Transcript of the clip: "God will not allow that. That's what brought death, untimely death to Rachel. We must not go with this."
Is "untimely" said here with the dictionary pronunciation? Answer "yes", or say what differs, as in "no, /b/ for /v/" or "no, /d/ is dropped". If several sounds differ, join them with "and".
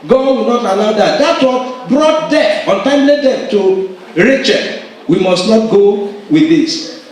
yes